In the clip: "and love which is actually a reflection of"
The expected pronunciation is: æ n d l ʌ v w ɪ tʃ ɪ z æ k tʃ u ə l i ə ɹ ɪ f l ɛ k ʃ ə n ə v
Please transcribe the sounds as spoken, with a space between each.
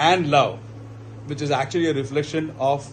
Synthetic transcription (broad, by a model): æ n d l ʌ v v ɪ tʃ ɪ z æ k tʃ u ə l i ə ɹ ɪ f l ɛ k ʃ ə n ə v